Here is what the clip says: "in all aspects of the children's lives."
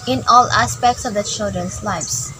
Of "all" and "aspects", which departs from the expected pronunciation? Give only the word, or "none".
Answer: none